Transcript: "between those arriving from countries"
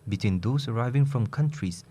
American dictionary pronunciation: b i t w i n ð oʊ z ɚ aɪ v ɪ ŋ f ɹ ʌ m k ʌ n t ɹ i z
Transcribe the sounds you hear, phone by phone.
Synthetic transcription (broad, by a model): b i t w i n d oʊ s ɚ aɪ v ɪ ŋ f ɹ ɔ m k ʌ n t ɹ i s